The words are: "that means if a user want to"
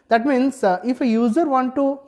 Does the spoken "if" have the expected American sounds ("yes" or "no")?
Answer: yes